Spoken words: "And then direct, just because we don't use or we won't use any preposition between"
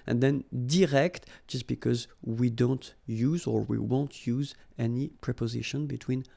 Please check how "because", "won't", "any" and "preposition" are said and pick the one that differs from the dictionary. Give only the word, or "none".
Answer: none